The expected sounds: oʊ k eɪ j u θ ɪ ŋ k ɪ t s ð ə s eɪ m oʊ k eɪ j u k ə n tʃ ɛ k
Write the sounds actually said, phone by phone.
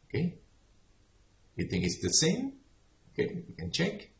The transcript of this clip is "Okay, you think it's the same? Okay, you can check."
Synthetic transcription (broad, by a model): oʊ k eɪ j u θ ɪ ŋ k ɪ t s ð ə s eɪ m oʊ k eɪ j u k ə n tʃ ɛ k